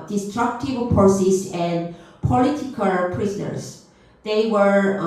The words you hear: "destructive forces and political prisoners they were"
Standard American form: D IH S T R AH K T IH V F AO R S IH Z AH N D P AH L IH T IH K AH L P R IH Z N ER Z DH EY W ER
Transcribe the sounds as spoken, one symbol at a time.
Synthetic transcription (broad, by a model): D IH S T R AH K T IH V P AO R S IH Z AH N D P AH L IH T IH K AH L P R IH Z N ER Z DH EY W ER